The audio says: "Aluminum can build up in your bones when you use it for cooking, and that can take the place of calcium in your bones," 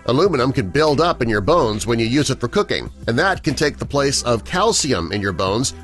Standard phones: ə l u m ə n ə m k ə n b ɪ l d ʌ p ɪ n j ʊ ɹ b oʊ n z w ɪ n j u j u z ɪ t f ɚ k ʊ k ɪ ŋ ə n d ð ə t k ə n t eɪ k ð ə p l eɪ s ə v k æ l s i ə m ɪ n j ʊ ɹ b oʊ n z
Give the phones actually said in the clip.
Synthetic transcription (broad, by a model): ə l u m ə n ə m k ə n b ɪ l d ʌ p ɪ n j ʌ ɹ b oʊ n z w ɪ n j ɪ j u z ɪ t f ɚ k ʊ k ɪ ŋ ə n ð ə t k ə n t eɪ k ð ə p l eɪ s ə v k æ l s i ə m ɪ n j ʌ ɹ b oʊ n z